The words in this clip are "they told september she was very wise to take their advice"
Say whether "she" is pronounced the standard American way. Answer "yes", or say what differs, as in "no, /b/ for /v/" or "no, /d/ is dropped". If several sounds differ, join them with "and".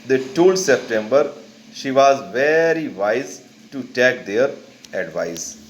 yes